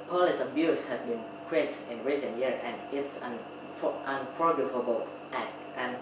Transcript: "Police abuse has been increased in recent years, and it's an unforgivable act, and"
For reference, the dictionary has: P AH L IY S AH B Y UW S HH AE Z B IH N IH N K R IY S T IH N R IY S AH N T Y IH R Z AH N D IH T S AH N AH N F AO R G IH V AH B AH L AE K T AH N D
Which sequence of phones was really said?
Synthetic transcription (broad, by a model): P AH L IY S AH B Y UW S HH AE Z B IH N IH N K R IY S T IH N R IY S AH N T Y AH R AH N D IH T S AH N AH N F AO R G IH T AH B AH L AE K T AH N